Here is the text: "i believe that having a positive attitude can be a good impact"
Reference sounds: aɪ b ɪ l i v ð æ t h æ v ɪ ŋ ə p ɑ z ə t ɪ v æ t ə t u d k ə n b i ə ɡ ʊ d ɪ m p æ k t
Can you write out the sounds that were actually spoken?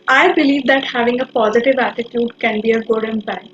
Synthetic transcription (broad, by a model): aɪ b ɪ l i v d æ t h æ v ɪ ŋ ə p ɑ z ə t ɪ v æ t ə t u d k ə n b i ə ɡ ʊ d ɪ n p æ